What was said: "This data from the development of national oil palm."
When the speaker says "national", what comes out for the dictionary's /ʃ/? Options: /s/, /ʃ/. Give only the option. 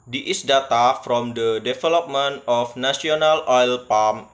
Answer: /s/